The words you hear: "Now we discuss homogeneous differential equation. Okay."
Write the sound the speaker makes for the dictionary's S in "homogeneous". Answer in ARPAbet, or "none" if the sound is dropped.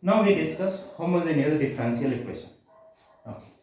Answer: none